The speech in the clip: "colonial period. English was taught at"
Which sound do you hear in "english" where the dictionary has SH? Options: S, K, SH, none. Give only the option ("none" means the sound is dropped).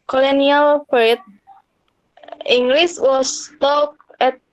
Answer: S